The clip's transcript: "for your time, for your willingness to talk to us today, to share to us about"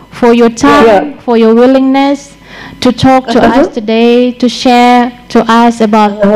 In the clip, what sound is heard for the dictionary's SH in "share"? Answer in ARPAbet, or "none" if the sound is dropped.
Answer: SH